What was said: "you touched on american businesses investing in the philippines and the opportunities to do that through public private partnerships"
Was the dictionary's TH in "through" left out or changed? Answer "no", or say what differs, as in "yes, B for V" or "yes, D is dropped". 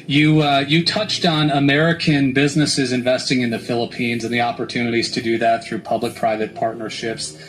no